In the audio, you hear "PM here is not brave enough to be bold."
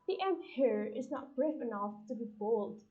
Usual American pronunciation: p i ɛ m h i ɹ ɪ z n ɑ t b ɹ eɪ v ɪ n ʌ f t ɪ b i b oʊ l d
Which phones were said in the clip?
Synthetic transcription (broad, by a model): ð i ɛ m h i ɹ ɪ z n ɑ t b ɹ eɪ f ɪ n ʌ f t ɪ b i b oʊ l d